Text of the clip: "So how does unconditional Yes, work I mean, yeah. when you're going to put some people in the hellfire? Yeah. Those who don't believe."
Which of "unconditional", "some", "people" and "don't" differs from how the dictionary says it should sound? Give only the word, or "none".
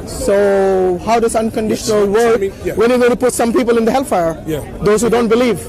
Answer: none